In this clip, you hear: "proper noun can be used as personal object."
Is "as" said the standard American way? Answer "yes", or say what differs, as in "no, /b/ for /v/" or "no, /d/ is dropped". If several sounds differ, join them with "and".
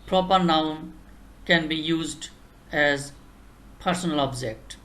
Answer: yes